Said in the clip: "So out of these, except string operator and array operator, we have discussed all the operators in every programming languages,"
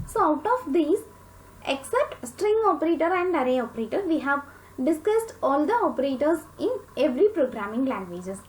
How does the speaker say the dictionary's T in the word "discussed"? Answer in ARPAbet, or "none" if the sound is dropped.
T